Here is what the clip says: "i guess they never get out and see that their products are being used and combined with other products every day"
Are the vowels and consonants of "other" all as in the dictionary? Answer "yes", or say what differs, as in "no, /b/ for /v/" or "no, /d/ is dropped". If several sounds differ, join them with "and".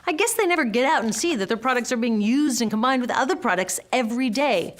yes